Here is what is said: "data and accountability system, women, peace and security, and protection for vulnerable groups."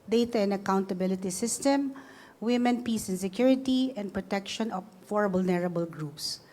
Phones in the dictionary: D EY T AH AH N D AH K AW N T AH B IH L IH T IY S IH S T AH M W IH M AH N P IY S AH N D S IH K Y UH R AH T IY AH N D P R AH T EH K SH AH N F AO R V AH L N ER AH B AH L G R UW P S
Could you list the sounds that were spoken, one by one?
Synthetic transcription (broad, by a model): D EY T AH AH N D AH K AW N T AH B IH L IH T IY S IH S T AH M W IH M AH N P IY S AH N S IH K Y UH R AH T IY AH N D P R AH T EH K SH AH N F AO R B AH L N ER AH B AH L G R UW P S